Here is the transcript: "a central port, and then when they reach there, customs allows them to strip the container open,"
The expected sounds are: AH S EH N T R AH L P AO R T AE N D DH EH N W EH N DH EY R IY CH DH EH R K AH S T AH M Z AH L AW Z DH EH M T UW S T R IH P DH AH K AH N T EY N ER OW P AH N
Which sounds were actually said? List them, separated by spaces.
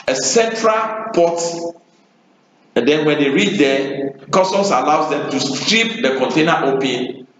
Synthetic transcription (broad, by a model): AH S EH N T R AH L P AO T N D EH N W EH N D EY R IY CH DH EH K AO S T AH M S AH L AW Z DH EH M T UW S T R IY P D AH K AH N T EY N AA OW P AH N